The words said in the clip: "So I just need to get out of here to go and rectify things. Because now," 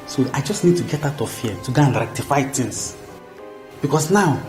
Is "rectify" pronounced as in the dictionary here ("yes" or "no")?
yes